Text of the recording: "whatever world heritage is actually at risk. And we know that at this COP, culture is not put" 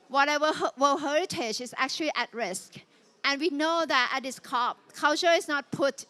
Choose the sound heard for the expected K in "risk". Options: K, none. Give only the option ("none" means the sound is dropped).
K